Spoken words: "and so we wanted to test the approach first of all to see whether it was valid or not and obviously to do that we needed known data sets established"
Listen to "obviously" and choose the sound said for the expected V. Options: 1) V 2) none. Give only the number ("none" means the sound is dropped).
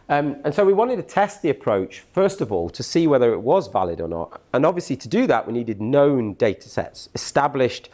1